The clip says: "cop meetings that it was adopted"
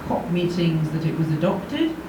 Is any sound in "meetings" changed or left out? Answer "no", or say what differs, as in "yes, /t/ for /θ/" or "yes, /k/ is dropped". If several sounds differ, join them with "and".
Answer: no